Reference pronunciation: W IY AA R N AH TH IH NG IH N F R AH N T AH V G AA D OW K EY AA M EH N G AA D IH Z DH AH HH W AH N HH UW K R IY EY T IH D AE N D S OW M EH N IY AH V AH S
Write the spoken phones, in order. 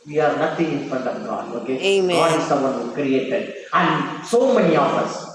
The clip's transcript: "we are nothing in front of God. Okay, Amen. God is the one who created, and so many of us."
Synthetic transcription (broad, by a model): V IY AA R N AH T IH NG IH N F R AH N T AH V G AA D OW K EY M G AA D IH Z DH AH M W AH N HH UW K R IY EY T IH D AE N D S OW M EH N IY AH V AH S